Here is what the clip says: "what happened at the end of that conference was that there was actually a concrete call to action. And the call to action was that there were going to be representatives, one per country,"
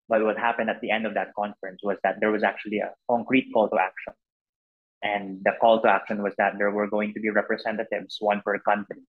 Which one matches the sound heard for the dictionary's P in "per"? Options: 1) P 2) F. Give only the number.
2